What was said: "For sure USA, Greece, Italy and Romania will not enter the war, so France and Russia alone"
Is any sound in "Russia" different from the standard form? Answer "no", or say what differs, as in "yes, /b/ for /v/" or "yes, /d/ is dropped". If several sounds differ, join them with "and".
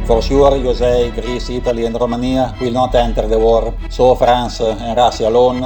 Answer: yes, /s/ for /ʃ/